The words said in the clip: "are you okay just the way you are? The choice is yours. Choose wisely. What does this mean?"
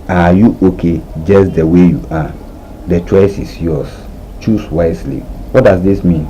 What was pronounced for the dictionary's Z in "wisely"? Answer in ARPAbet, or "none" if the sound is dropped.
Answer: S